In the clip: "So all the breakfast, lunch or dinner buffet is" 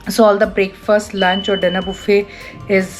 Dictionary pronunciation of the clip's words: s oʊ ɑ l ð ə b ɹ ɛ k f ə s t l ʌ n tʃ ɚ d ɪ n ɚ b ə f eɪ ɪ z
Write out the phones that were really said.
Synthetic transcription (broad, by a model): s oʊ ɑ l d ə b ɹ ɛ k f ə s t l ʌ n tʃ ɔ d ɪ n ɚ b ə f eɪ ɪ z